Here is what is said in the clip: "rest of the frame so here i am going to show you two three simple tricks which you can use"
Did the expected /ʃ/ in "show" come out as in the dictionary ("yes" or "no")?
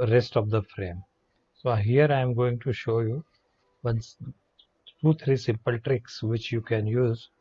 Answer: yes